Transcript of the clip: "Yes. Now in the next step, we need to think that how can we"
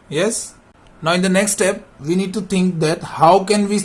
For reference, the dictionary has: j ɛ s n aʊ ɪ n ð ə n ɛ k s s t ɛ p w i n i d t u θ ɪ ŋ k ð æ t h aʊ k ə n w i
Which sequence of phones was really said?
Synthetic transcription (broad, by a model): j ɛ s n aʊ ɪ n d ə n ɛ k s s t ɛ p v i n i d t u t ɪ ŋ k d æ t h aʊ k ə n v i